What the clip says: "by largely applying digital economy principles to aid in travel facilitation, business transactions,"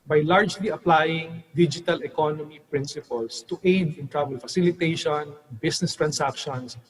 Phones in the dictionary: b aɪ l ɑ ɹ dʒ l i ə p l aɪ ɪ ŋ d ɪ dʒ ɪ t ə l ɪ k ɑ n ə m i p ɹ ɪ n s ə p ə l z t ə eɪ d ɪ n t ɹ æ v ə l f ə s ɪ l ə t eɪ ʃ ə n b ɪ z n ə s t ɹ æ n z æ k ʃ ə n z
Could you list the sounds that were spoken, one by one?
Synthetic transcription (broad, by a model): b aɪ l ɑ ɹ dʒ l i ə p l aɪ ɪ ŋ d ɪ dʒ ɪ t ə l ɪ k ɑ n ə m i p ɹ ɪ n s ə p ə l s t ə eɪ d ɪ n t ɹ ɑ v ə l f ə s ɪ l ə t eɪ ʃ ə n b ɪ s n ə s t ɹ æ n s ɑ k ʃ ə n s